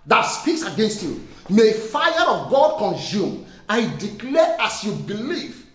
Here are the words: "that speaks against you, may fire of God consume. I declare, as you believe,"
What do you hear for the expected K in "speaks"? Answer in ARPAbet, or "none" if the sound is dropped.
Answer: K